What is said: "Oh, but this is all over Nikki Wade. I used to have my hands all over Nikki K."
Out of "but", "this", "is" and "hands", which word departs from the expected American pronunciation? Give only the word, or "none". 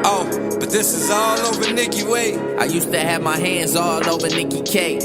none